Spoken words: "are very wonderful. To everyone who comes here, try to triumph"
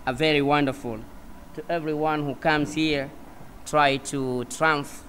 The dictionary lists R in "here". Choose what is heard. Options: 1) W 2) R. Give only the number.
2